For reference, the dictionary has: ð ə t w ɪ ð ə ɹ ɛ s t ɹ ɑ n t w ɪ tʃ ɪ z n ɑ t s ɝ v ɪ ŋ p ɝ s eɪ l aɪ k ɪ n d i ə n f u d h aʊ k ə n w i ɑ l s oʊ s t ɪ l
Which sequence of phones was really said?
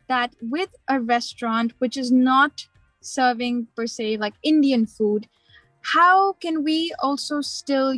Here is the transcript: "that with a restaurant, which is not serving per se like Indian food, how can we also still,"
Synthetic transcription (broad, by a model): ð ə t w ɪ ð ə ɹ ɛ s t ɹ ɑ n t w ɪ tʃ ɪ z n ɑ t s ɝ v ɪ ŋ p ɝ s eɪ l aɪ k ɪ n d i ə n f u d h aʊ k ə n w i ɑ l s oʊ s t ɪ l